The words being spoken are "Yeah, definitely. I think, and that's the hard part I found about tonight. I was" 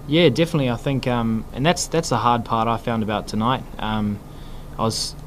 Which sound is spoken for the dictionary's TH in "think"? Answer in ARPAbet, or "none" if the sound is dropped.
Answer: TH